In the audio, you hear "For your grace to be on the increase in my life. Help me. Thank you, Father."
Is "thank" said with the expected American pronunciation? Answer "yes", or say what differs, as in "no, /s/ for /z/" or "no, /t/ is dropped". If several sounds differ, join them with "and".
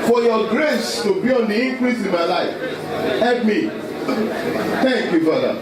no, /t/ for /θ/